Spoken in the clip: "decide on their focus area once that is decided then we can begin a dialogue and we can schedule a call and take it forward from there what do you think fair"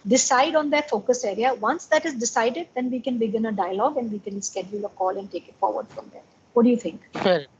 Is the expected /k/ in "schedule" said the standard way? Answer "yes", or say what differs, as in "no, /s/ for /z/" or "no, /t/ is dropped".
yes